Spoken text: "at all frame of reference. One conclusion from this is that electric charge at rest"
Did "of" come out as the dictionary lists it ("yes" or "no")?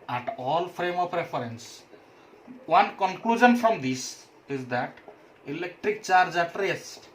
no